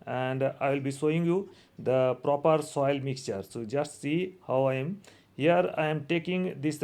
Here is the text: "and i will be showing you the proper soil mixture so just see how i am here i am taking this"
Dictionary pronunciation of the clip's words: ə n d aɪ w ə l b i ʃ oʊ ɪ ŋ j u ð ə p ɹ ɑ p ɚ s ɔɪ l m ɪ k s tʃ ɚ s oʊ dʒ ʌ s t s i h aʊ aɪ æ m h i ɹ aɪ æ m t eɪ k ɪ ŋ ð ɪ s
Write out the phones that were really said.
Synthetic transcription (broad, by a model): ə n d aɪ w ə l b i s oʊ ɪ ŋ j u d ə p ɹ ɑ p ɚ s ɔɪ l m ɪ k s tʃ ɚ s oʊ dʒ ʌ s t s i h aʊ aɪ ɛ m h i ɹ aɪ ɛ m t eɪ k ɪ ŋ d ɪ s